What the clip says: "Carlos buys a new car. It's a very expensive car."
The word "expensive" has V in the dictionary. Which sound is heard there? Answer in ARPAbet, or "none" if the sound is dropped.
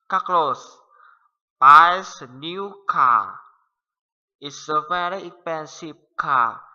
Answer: P